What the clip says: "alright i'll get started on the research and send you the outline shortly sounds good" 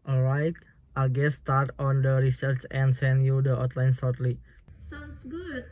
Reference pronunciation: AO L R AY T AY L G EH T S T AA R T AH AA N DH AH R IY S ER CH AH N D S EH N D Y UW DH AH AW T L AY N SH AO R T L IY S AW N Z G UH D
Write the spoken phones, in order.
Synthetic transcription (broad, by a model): AO L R AY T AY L G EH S T AA R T AA N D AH R IY S ER CH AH N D S EH N D Y UW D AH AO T L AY N S AO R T L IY S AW N S G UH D